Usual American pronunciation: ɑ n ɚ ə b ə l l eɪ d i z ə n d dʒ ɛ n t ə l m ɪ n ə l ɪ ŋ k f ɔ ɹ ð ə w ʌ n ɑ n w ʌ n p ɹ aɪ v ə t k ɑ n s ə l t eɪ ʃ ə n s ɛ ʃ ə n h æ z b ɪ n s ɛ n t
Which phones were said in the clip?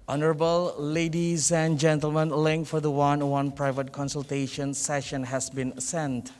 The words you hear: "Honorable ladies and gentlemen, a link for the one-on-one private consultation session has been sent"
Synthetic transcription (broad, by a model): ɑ n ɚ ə b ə l l eɪ d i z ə n dʒ ɛ n t ə l m ɪ n l ɪ ŋ k f ɔ ɹ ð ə w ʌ ɑ n w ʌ n p ɹ aɪ v ə t k ɑ n s ə l t eɪ ʃ ə n s ɛ ʃ ə n h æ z b ɪ n s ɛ n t